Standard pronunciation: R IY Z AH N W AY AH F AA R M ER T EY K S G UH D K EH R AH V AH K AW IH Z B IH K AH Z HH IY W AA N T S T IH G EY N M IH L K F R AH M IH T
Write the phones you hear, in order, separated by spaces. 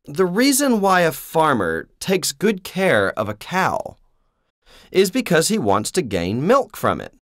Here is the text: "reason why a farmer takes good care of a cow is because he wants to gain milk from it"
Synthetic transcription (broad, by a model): R IY Z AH N W AY AH F AA R M ER T EY K S G UH D K EH R AH V AH K AW IH Z B IH K AH Z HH IY W AA N T S T IH G EY N M IH L K F R AH M IH T